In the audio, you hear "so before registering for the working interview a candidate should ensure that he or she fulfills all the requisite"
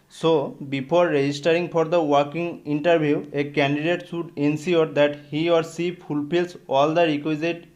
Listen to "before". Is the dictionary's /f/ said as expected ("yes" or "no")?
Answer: no